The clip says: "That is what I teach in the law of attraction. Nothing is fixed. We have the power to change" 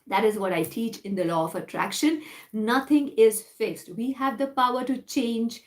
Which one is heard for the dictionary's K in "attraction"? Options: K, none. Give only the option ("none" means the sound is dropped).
K